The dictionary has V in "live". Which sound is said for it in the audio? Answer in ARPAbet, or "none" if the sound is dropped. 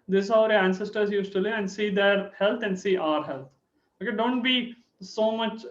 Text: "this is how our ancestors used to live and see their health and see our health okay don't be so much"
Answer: none